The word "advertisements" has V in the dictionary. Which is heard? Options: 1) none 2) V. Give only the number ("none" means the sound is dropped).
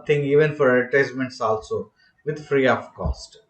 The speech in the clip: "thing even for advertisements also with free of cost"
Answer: 1